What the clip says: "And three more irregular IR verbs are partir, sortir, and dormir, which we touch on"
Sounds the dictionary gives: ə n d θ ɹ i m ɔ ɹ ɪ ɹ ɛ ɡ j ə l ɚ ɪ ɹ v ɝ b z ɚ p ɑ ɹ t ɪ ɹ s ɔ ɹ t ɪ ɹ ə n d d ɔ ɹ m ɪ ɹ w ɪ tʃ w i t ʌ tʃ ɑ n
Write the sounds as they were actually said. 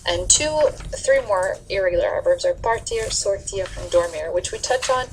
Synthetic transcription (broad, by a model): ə n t θ ɹ i m ɔ ɹ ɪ ɹ ɛ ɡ j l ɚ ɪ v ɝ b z ɚ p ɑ ɹ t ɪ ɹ s ɔ ɹ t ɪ ɹ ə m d d ɔ ɹ m ɪ ɹ w ɪ tʃ w i t ʌ tʃ n